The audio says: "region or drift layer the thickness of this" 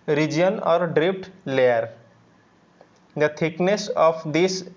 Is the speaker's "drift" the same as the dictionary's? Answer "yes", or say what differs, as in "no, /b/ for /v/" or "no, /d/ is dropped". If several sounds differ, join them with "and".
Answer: no, /p/ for /f/